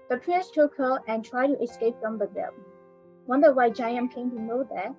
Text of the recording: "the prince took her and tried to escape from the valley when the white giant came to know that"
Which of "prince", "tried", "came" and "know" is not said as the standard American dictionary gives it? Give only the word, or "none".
prince